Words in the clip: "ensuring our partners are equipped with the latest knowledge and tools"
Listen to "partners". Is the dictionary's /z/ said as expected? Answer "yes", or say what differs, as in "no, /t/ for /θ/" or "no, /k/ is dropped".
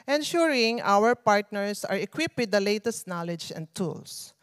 no, /s/ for /z/